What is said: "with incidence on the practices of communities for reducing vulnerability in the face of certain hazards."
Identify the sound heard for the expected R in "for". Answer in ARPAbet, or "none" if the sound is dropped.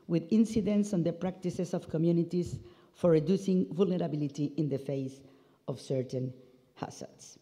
R